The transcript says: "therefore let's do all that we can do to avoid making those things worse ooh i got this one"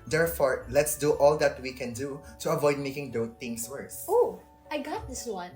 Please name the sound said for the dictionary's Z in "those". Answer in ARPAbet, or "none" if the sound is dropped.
none